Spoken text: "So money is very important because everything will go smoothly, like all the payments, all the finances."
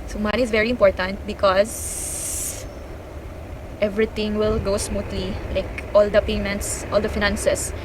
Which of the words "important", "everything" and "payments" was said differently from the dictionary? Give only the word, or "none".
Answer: everything